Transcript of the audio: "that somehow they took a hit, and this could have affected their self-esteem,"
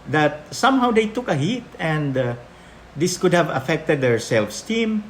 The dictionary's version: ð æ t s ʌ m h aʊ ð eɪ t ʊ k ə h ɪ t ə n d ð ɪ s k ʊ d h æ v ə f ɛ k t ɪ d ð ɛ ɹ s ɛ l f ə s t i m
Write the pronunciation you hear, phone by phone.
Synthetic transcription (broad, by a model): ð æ t s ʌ m h aʊ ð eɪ t ʊ k ə h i t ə n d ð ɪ s k ʊ d h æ v ə f ɛ k t ɪ d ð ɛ ɹ s ɛ l f s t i m